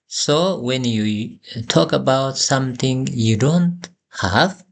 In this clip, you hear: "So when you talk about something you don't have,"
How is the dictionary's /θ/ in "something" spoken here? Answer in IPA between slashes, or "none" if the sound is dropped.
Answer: /t/